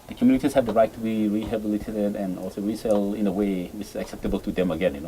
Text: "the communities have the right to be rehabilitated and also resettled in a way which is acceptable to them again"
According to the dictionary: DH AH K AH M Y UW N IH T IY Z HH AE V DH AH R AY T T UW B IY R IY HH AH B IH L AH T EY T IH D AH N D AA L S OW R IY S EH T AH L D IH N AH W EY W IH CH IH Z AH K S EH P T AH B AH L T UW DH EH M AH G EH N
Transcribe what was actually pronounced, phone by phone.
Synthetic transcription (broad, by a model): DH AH K M Y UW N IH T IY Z HH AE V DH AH R AY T T UW B IY R IY HH AH B IH L AH T EY T IH D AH N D AA L S OW R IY S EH L IH N AH W EY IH IH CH AH K S EH P T AH B AH L T UW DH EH M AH G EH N